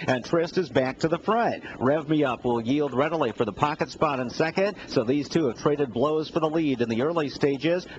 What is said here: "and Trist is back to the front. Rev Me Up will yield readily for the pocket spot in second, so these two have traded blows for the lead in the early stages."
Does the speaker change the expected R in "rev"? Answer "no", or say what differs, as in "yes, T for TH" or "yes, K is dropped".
no